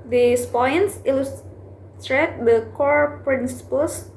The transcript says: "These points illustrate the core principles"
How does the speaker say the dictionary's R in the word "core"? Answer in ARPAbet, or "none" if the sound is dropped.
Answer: R